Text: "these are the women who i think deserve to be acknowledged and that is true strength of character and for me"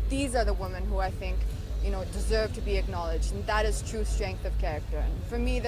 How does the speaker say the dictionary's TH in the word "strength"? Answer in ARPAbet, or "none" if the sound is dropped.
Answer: TH